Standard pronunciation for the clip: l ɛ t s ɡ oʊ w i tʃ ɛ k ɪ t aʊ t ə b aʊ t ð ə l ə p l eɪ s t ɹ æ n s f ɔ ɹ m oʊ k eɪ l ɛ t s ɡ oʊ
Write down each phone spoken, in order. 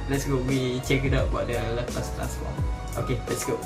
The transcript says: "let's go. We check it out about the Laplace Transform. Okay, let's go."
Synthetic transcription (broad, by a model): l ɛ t s ɡ oʊ w i tʃ ɛ k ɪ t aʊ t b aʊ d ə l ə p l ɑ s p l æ s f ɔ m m oʊ k eɪ l ɛ t s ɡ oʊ